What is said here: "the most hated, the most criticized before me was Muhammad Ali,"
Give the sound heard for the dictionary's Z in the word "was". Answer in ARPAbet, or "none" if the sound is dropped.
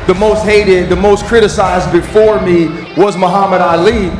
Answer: Z